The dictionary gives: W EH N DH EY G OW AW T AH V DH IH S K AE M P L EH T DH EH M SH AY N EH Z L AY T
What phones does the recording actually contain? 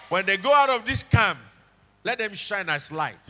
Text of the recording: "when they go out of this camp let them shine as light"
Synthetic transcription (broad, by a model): W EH N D EY G OW AW T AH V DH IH S K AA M L EH T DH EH M SH AY N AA S L AY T